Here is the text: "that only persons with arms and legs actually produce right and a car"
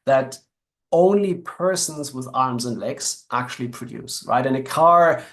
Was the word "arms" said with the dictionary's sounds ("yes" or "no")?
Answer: yes